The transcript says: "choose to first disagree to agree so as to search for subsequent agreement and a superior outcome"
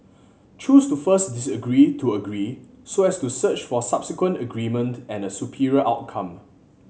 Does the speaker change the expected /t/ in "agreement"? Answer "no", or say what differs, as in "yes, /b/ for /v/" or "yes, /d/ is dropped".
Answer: no